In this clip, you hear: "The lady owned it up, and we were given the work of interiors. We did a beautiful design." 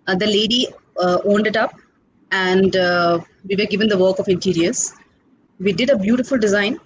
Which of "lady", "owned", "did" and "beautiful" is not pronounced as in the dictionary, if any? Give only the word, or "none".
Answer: none